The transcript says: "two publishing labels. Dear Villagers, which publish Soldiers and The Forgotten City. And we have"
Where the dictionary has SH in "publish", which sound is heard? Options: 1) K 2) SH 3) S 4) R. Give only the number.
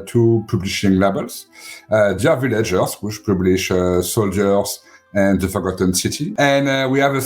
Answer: 2